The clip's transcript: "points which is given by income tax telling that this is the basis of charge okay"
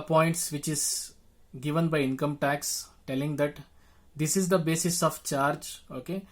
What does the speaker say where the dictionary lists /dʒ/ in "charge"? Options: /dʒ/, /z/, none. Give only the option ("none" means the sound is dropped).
/dʒ/